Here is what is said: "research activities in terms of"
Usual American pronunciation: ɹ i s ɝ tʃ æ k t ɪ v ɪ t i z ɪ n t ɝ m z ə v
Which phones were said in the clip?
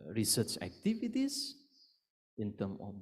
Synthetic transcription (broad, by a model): ɹ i s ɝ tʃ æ k t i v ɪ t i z ɪ n t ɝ m ə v